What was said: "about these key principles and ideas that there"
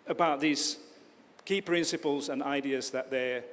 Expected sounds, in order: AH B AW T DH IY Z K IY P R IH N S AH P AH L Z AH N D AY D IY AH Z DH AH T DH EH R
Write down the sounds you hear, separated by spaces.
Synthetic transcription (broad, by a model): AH B AW T DH IY Z K IY P R IH N S AH P AH L Z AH N AY D IY AH Z DH AH T DH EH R